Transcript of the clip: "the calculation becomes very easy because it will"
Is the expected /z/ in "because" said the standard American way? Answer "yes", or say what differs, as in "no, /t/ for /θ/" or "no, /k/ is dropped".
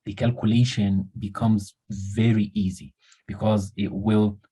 yes